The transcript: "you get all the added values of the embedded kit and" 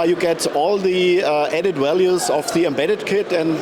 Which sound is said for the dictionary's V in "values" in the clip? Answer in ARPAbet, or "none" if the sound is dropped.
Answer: W